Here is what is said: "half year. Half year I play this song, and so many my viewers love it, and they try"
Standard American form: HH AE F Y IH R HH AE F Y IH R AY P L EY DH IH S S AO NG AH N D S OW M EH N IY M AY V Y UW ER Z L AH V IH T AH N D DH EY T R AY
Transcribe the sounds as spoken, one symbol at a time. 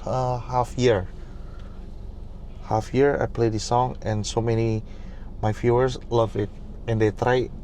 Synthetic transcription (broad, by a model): HH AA F Y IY R HH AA F Y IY R AY P L EY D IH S S AO NG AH N S OW M EH N IY M AY F Y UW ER S L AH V IH T AH N D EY T R AY